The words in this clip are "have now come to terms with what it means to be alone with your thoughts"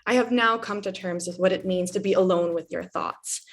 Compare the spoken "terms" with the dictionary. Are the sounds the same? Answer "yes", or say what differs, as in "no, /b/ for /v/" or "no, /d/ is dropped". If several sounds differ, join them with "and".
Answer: yes